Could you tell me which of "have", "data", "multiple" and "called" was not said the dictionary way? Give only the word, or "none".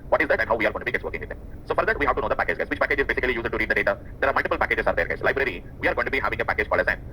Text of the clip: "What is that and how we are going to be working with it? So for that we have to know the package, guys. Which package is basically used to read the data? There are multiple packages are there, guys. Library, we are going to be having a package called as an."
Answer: called